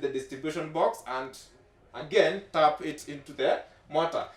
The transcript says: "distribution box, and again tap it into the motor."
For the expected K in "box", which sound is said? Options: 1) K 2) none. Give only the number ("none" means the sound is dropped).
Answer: 1